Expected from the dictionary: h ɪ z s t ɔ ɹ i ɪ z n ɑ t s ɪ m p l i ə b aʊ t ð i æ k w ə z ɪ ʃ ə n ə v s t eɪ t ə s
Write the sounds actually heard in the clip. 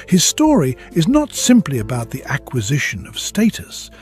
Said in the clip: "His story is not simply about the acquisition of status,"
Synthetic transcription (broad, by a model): h ɪ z s t ɔ ɹ i ɪ z n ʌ t s ɪ m p l i ə b aʊ t ð i æ k w ə z ɪ ʃ ə n ə v s t eɪ t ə s